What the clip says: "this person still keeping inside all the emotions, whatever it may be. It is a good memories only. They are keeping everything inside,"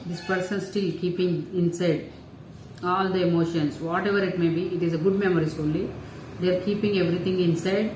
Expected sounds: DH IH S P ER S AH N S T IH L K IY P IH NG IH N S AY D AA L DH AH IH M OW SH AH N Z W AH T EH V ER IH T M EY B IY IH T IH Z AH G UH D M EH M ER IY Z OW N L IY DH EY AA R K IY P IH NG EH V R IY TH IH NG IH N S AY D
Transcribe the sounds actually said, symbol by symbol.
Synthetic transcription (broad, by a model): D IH S P ER S AH N S T IH L K IY P IH NG IH N S AY D AA L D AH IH M OW SH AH N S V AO T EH V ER IH T M EY B IY IH T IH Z AH G UH D M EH M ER IY S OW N L IY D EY R K IY P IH NG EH V R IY T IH NG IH N S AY D